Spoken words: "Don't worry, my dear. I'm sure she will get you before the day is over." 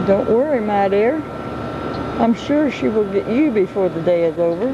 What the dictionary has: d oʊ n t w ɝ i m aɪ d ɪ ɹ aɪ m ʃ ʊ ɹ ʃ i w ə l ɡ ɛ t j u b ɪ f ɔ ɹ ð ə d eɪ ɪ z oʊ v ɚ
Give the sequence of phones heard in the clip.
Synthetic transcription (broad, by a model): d oʊ n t w ɝ i m aɪ d ɪ ɹ aɪ m ʃ ʊ ɹ ʃ i w ə l ɡ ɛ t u b ɪ f ɔ ɹ ð ə d eɪ ɪ z oʊ v ɚ